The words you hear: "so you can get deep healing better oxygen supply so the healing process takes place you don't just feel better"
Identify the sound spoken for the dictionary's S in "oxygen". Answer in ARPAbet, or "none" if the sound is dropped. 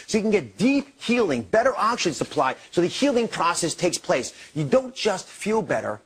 SH